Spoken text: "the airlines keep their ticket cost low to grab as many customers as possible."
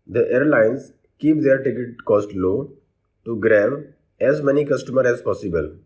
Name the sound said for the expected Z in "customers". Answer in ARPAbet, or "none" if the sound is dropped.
none